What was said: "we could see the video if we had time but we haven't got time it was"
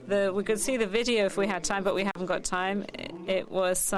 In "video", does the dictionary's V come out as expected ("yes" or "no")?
yes